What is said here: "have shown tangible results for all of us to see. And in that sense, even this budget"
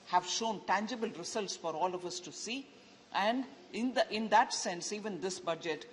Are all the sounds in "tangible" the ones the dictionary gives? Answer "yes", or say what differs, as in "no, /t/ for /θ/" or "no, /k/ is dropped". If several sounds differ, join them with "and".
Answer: yes